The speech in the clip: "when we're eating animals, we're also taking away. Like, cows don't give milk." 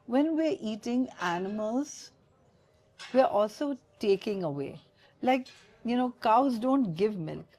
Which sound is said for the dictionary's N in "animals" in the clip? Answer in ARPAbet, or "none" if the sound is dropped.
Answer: N